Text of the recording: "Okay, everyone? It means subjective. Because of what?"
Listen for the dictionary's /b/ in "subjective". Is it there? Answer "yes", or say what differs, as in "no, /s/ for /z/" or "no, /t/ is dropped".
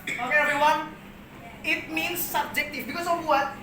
yes